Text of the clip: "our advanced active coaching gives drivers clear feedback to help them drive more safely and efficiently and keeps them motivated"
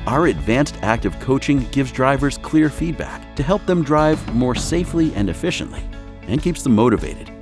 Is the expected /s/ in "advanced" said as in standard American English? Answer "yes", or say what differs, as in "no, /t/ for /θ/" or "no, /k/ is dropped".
yes